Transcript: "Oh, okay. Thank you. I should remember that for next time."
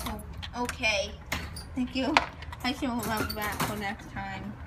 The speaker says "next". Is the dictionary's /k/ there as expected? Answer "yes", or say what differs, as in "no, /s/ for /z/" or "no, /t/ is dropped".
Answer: yes